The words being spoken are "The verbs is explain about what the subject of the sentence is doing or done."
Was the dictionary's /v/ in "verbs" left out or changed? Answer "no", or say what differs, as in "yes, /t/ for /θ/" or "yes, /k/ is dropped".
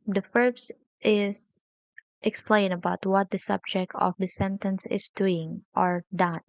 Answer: yes, /f/ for /v/